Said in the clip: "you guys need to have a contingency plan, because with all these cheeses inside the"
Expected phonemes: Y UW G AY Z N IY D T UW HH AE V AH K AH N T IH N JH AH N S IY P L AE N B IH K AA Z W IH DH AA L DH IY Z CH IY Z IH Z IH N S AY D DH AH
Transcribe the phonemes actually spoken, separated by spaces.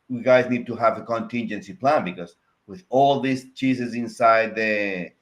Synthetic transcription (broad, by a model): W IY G AY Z N IY D T UW HH AE V AH K AH N T IH N JH AH N S IY P L AE N B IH K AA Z W IH DH AA L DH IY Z CH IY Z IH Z IH N S AY D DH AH